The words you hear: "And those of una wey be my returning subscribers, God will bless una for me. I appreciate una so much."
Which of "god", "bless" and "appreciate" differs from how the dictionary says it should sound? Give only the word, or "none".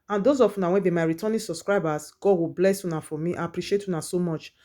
none